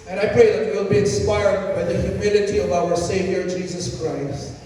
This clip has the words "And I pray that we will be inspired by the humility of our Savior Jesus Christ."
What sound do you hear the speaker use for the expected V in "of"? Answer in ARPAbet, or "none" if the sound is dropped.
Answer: V